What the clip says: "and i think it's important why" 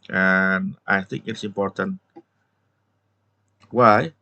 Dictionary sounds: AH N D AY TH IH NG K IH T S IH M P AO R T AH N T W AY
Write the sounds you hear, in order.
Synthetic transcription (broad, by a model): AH N AY TH IH NG K IH T S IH M P AO R T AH N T W AY